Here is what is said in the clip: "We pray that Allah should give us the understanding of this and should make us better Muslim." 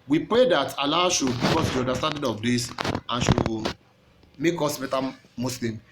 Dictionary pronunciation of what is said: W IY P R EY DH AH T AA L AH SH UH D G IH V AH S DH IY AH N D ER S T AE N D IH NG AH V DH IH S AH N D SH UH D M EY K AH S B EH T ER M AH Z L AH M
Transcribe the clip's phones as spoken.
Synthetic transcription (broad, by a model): W IY P R EY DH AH T AA L AH SH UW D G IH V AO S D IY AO N D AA S T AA N D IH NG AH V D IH S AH N SH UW M EY K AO S B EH T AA M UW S L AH M